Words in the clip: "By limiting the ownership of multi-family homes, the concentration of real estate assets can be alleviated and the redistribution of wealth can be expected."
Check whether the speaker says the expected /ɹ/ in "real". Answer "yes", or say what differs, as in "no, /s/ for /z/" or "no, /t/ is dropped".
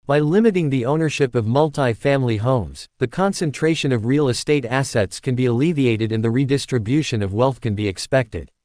yes